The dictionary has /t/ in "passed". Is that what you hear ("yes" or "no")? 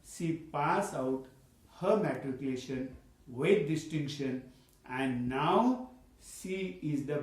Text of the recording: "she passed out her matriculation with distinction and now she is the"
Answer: no